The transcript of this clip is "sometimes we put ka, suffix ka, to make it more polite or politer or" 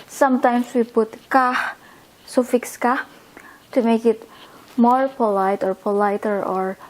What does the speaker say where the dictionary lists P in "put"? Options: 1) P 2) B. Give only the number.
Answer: 2